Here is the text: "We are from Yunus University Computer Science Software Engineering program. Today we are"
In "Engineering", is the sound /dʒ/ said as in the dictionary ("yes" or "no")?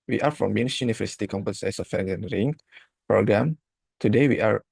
no